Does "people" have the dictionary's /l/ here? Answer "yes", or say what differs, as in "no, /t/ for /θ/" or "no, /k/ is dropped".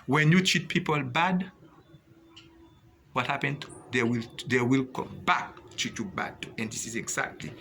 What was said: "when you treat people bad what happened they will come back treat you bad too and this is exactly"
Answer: yes